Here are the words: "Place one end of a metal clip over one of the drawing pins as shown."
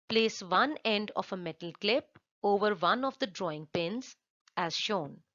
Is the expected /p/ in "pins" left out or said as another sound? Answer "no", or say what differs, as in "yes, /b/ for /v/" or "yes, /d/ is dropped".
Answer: no